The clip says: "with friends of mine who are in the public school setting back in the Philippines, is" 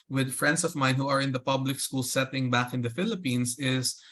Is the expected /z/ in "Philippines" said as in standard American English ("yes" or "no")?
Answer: no